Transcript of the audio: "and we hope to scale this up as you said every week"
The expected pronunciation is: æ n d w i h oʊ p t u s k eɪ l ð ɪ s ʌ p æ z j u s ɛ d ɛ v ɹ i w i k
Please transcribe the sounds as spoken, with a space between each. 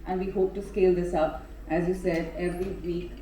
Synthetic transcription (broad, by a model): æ n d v i h oʊ p t u s k eɪ l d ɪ s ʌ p æ z j u s ɛ d ɛ v ɹ i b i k